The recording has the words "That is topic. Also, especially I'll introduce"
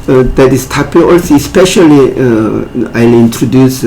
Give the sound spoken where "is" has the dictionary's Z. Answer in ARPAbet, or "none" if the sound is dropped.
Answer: S